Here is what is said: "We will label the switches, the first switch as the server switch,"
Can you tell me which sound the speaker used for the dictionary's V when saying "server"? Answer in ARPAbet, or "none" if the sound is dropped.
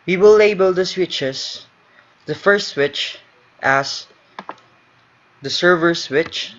V